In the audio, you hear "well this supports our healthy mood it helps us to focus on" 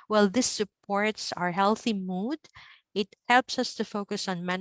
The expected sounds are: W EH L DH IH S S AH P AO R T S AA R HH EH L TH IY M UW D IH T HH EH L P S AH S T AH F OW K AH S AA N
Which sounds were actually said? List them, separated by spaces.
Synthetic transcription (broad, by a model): W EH L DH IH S S AH P AO R T S AA R HH EH L TH IY M UW D IH T HH EH L P S AH S T AH F OW K AH S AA N